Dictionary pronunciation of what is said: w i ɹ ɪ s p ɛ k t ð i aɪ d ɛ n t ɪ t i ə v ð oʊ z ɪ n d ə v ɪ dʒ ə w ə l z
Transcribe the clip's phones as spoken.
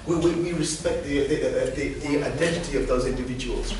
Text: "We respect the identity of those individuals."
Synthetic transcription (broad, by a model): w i ɹ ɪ s p ɛ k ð ð i aɪ d ɛ n t ɪ t i ə v ð oʊ z ɪ n d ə v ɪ dʒ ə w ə l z